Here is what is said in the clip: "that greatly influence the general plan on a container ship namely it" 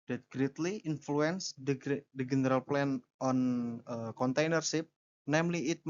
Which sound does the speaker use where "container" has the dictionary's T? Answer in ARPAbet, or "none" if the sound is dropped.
T